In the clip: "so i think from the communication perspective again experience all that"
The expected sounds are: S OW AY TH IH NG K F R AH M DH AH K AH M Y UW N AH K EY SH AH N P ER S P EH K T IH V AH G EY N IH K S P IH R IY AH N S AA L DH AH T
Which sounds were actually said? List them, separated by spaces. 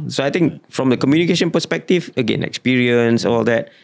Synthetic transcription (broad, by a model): S OW AY T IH NG K F R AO M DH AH K AH M Y UW N AH K EY SH AH N P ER S P EH K T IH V AH G EY N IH K S P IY R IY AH N S AA L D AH T